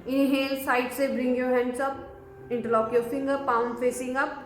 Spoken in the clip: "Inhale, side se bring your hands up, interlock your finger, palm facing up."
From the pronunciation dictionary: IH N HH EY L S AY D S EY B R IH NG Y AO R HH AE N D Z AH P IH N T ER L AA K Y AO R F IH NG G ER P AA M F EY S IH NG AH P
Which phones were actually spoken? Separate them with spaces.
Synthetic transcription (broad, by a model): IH N HH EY L S AY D S EY B R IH NG Y AO R HH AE N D S AH P IH N T ER L AA K Y AO R F IH NG G ER P AA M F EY S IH NG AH P